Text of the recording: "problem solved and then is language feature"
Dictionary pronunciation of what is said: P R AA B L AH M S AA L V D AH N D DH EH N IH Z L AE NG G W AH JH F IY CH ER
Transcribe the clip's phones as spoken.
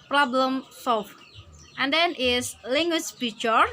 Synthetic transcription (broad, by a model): P R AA B L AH M S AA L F AH N D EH N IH S L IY NG G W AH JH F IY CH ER